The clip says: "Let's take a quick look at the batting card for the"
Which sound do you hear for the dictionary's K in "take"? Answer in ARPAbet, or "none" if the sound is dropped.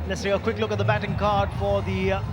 none